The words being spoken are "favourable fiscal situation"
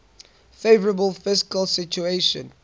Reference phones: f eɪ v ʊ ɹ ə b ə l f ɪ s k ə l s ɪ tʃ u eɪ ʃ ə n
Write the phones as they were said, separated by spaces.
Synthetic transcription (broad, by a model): f eɪ v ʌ ɹ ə b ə l f ɪ s k ə l s ɪ tʃ u eɪ ʃ ə n